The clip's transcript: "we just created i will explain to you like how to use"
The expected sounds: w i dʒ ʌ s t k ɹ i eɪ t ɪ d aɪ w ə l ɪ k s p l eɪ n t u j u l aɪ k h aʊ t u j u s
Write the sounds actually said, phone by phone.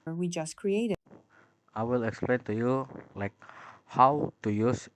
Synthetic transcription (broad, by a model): w i dʒ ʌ s k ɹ i eɪ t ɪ aɪ w ə l ɪ k s p l eɪ n t u j u l aɪ k h aʊ t u j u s